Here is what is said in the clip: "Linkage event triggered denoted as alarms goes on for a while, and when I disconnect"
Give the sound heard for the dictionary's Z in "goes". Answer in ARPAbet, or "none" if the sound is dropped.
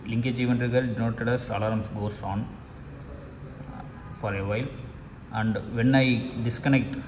S